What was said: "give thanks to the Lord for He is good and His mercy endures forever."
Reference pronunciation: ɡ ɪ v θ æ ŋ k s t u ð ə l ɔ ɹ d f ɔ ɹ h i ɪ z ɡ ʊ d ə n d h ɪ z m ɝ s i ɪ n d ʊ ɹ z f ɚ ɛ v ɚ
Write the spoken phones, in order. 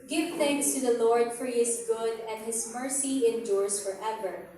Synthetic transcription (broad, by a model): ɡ ɪ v θ æ ŋ k s t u ð ə l ɔ ɹ d f ɔ ɹ h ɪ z ɡ ʊ d ə n d h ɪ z m ɝ s i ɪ n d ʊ ɹ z f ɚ ɛ v ɚ